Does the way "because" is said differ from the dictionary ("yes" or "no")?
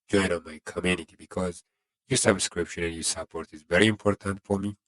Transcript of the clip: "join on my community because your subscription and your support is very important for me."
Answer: no